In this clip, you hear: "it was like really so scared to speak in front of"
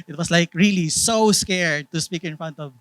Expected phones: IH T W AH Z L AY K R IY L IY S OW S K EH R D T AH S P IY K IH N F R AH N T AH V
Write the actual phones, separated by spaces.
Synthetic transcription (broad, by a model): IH T W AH S L AY K R IY L IY S OW S K EH R D T AH S P IY K IH N F R AH N T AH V